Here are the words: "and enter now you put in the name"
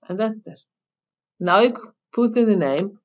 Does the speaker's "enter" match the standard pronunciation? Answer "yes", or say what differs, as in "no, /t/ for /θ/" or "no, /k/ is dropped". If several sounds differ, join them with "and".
no, /n/ is dropped